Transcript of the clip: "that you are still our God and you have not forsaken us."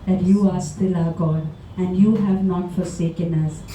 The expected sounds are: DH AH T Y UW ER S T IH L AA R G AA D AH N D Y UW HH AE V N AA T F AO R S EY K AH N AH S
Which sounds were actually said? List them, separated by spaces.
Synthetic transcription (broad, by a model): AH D Y UW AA S T IH L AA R G AA D AH N D Y UW HH AE V N AA T F AO R S EY K AH N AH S